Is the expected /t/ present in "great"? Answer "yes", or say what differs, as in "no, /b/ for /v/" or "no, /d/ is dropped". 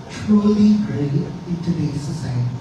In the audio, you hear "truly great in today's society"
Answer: no, /t/ is dropped